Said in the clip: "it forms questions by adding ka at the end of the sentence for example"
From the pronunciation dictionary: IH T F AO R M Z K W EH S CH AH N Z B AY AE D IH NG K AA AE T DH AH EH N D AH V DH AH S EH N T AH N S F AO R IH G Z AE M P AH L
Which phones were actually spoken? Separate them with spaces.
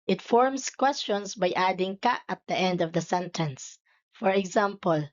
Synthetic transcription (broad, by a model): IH T F AO R M S K W EH S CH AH N S B AY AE D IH NG K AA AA T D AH EH N D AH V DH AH S EH N T AH N S F AO R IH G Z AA M P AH L